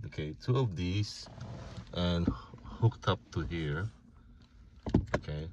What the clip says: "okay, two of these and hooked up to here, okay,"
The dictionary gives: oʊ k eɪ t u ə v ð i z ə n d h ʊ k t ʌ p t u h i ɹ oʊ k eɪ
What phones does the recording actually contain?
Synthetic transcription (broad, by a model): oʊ k eɪ t u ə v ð i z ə n h ʊ k t ʌ p t u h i ɹ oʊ k eɪ